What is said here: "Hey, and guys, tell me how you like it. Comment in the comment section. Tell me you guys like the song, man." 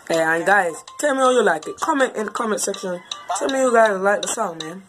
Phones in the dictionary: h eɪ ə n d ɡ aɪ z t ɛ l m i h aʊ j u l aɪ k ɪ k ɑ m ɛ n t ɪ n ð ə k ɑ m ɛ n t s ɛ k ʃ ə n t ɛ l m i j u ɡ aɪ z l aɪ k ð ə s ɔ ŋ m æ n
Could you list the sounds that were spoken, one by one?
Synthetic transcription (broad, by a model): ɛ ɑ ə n ɡ aɪ z t ɛ l m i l j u l aɪ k ɪ k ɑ m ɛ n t ɪ n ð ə k ɑ m ɛ n t s ɛ k ʃ ə n t ɛ l m i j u ɡ aɪ z l aɪ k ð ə s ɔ m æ n